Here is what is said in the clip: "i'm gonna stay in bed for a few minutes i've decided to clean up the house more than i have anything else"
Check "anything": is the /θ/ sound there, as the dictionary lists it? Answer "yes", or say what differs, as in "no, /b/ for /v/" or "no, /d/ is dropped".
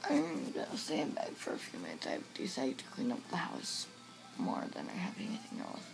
yes